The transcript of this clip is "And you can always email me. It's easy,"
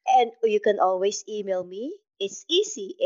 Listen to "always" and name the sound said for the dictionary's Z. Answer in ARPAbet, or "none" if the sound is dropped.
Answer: S